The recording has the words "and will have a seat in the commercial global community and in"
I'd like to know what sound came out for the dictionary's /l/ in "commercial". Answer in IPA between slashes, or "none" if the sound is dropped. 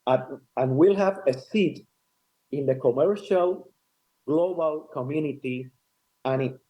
/l/